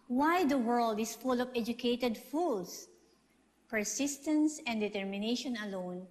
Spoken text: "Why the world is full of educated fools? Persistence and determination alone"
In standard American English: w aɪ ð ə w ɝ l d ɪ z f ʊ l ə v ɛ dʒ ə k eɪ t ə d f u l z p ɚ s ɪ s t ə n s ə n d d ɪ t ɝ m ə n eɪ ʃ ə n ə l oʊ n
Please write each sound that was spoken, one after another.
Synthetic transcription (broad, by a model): w aɪ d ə w ɝ l d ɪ s f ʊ l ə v ɛ dʒ ə k eɪ t ə d f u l s p ɚ s ɪ s t ə n s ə n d d ɪ t ɝ m ə n eɪ ʃ ə n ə l oʊ n